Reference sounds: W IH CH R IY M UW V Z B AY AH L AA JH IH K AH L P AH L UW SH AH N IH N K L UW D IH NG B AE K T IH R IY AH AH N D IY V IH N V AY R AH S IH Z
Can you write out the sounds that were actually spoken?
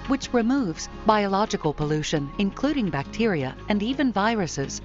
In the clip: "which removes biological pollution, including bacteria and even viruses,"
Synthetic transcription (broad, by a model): W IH CH R IY M UW V Z B AY AH L AA JH IH K AH L P AH L UW SH AH N IH N K L UW D IH NG B AE K T IH R IY AH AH N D IY V IH N V AY R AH S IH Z